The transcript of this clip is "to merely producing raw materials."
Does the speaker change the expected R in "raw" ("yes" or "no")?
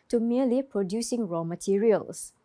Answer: no